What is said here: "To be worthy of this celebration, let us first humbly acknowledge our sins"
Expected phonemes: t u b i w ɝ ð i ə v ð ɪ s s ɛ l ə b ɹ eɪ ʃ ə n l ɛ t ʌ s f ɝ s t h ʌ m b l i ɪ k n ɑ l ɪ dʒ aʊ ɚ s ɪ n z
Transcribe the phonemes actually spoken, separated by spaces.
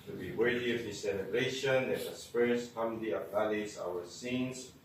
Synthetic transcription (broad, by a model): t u b i w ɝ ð i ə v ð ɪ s s ɛ l ə b ɹ eɪ ʃ ə n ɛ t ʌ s p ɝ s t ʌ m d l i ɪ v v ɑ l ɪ z aʊ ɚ s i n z